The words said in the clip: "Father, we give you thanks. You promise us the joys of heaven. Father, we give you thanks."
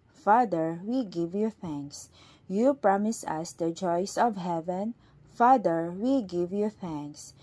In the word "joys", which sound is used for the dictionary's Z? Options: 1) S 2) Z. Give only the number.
1